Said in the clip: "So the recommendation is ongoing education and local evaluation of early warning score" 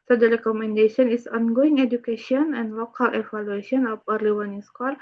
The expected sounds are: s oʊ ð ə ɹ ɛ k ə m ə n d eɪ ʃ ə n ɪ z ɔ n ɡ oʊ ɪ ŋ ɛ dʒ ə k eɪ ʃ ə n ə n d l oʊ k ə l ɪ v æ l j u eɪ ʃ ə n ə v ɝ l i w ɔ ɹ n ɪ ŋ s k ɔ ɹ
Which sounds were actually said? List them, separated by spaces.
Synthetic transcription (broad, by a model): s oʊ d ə ɹ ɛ k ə m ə n d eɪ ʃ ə n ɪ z ɔ n ɡ oʊ ɪ ŋ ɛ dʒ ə k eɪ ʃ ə n ə n d l oʊ k ə l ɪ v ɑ l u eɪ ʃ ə n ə p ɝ l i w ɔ n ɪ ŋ s k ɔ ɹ